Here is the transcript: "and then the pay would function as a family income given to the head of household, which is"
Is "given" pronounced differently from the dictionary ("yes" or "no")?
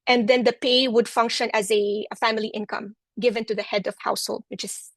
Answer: no